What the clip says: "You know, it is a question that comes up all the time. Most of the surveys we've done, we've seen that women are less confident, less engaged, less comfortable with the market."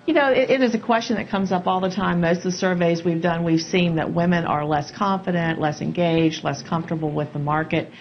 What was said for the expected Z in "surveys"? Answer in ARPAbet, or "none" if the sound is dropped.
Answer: Z